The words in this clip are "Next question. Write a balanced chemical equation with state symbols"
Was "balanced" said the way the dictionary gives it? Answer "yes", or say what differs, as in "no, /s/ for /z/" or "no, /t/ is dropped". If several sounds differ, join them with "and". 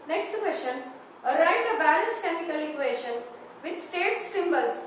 no, /n/ is dropped